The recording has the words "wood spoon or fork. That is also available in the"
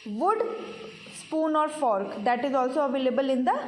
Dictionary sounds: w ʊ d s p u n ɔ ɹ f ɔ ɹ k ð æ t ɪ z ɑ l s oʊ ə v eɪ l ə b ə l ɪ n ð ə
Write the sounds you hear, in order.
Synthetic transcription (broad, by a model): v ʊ d s p u n ɔ ɹ f ɔ ɹ k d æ t ɪ z ɑ l s oʊ ə v eɪ l ə b ə l ɪ n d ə